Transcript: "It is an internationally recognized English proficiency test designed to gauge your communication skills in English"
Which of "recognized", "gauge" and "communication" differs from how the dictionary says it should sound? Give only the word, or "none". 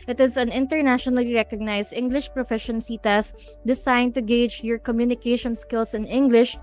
recognized